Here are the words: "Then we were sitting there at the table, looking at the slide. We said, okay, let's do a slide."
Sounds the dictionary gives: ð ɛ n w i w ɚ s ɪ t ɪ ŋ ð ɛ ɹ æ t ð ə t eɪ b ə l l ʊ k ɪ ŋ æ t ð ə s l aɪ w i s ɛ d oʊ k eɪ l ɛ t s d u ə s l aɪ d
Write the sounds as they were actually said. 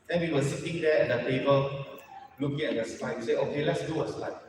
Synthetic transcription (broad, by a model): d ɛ n w i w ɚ s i t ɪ ŋ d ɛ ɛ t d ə t eɪ b ə l l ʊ k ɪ ŋ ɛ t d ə s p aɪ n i s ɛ oʊ k eɪ l ɛ t s d u ə s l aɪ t